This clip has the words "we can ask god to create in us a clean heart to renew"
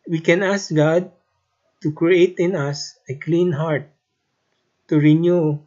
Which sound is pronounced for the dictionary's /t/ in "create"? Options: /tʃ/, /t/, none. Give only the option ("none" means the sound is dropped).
/t/